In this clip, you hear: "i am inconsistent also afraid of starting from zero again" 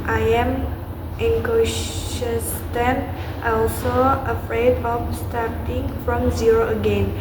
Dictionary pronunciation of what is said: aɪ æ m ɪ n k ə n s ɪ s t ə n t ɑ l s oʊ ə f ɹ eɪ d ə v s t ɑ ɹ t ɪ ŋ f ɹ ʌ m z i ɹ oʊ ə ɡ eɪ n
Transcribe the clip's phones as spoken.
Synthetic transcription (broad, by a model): aɪ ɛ m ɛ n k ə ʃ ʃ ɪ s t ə n t ɑ l s oʊ ə f ɹ eɪ d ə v s t ɑ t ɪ ŋ f ɹ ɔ m z i ɹ oʊ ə ɡ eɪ n